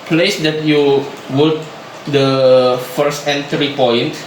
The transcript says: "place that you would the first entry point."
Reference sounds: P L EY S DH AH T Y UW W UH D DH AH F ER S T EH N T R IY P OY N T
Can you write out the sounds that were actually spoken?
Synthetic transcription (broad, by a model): P L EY S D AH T Y UW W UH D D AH F ER S T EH N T R IY P OY N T